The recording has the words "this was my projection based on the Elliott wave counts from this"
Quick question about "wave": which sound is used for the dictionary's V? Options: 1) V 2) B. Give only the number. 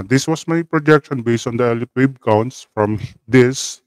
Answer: 2